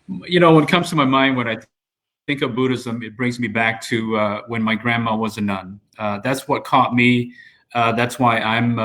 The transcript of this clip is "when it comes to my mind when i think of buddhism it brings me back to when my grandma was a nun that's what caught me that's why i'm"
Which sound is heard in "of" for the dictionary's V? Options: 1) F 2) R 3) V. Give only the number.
3